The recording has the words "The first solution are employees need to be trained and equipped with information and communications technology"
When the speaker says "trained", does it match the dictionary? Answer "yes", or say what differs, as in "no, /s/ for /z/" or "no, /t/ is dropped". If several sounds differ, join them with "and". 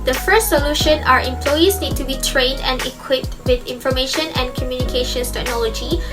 yes